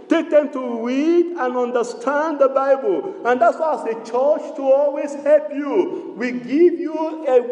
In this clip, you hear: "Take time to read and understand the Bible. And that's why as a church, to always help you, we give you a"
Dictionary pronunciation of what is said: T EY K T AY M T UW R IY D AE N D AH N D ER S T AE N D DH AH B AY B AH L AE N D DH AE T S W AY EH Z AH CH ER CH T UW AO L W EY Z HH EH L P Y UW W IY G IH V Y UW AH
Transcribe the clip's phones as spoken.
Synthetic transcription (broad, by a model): T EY K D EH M T UW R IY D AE N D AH N D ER S T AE N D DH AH B AY B AH L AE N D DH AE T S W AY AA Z AH CH ER CH T UW AO L W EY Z HH EH L P Y UW W IY G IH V Y UW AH